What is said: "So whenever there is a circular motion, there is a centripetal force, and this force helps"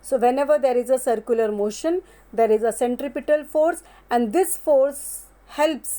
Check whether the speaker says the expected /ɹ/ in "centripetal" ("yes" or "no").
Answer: yes